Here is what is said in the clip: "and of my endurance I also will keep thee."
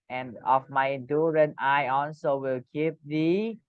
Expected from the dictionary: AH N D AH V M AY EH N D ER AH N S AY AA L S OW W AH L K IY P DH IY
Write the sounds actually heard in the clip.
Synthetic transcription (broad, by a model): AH N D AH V M AY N D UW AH N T AY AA N S OW W AH L K IY P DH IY